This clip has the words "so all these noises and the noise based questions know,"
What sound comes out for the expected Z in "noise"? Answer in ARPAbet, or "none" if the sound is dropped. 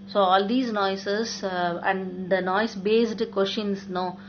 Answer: S